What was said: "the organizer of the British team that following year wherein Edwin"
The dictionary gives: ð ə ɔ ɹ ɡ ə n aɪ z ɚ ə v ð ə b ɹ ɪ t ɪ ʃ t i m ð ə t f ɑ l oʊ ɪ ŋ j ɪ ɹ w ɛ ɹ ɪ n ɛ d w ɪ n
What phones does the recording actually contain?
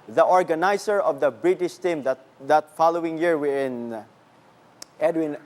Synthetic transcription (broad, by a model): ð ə ɔ ɹ ɡ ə n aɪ s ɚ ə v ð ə b ɹ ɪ t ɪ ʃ t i m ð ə t f ɑ l oʊ ɪ ŋ j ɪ ɹ w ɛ ɪ n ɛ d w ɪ n